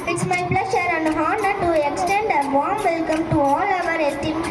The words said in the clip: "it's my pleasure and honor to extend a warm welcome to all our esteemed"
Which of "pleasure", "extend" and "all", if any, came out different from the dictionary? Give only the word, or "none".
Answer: pleasure